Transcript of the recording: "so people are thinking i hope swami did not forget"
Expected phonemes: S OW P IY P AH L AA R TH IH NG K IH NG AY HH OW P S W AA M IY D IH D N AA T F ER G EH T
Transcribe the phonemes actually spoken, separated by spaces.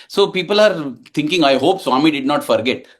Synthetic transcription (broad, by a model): S OW P IY P AH L AA R T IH NG K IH NG AY HH OW P S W AA M IY D IH D N AA T F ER G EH T